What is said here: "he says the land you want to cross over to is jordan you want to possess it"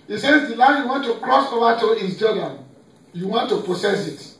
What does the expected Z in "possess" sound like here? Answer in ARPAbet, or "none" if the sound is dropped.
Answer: S